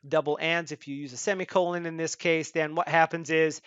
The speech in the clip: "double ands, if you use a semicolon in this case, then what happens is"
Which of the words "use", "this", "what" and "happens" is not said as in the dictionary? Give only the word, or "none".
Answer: none